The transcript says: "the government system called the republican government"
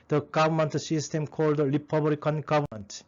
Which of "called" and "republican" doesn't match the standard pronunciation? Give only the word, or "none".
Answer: republican